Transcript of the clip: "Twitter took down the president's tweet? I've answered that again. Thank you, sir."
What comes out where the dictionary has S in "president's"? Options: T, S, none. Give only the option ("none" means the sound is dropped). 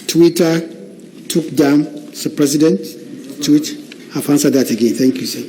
none